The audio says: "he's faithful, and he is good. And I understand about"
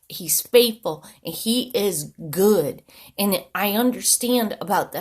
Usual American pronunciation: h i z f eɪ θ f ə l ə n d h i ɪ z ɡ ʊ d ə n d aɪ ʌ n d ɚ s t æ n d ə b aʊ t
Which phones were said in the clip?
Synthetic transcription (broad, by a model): h i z f eɪ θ f l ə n i ɪ z ɡ ʊ d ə n aɪ ʌ n d ɚ s t æ n d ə b aʊ t